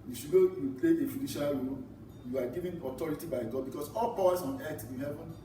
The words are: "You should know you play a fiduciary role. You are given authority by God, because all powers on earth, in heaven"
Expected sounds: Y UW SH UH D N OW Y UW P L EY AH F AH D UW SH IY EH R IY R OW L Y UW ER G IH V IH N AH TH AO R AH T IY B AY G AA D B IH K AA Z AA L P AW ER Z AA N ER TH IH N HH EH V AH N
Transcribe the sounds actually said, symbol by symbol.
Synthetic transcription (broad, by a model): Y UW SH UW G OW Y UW P L EY AH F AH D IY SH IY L R OW L Y UW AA G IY V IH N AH T AO R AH T IY B AY G AA D B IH K AA S AA L P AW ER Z AA N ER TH IH N HH EH V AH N